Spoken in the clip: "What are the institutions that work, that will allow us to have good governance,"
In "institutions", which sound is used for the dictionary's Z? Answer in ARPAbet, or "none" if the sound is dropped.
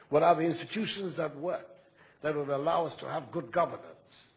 Z